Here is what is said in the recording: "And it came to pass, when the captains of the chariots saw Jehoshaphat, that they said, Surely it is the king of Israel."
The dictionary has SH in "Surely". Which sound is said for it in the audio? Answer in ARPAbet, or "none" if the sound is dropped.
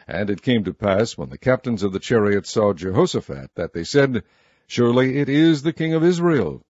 SH